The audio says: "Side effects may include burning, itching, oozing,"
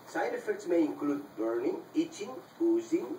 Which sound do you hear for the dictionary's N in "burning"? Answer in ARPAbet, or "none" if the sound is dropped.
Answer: N